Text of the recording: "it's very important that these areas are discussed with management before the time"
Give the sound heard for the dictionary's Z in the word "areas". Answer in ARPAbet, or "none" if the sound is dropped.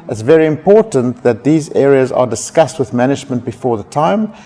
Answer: Z